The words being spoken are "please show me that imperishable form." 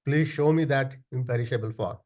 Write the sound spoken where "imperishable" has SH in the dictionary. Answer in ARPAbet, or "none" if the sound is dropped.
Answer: SH